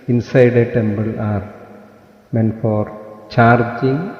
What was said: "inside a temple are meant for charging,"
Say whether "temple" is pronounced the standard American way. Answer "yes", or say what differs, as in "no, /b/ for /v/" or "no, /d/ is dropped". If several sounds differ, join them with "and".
no, /b/ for /p/